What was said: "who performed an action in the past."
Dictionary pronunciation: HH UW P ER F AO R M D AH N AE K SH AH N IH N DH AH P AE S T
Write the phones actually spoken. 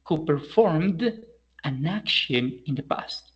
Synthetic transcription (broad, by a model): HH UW P ER F AO R M D AH N AE K SH AH N IH N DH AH P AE S T